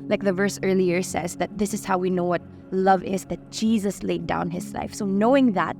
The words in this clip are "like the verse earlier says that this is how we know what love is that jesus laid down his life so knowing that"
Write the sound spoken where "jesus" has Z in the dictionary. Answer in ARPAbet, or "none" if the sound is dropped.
Z